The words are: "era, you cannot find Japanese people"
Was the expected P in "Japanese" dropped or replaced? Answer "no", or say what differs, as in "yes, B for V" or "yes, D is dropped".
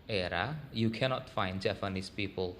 yes, F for P